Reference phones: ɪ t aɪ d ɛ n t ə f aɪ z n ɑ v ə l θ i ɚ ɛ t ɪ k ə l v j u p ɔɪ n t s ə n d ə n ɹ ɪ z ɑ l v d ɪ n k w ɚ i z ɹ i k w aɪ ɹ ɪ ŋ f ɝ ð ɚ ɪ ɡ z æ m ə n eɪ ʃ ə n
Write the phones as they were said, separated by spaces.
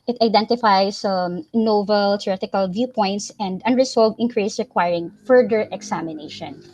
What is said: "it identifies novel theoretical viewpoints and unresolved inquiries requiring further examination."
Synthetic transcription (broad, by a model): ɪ t aɪ d ɛ n t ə f aɪ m n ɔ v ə l t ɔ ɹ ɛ t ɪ k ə l v j u p ɔɪ n t s ə n d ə n ɹ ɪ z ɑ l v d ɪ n k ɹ i s ɹ i k w aɪ ɹ ɪ ŋ f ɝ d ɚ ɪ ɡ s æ m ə n eɪ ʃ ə n